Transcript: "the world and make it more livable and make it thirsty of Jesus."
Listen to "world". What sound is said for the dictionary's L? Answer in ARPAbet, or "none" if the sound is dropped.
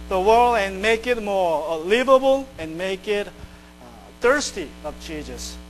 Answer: L